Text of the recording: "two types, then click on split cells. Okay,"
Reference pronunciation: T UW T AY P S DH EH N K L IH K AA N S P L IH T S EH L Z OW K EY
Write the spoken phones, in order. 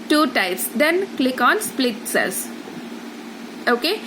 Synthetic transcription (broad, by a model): T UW T AY P S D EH N K L IH K AA N S P L IH T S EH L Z OW K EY